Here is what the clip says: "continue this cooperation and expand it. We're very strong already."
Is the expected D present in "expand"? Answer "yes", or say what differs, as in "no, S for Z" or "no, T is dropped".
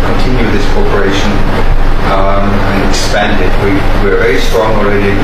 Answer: yes